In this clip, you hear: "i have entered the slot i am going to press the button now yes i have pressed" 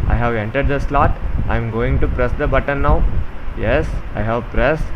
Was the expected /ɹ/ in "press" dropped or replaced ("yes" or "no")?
no